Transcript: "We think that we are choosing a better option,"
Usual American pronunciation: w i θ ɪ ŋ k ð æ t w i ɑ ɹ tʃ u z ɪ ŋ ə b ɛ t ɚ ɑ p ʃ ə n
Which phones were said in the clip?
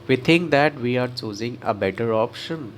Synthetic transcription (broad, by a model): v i t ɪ ŋ k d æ t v i ɑ ɹ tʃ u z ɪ ŋ ə b ɛ t ɚ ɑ p ʃ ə n